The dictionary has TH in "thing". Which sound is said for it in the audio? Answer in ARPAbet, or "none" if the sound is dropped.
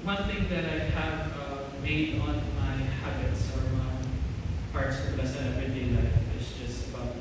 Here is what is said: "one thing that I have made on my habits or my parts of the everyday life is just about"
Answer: TH